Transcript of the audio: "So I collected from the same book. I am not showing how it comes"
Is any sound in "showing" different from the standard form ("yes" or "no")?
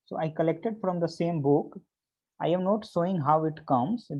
yes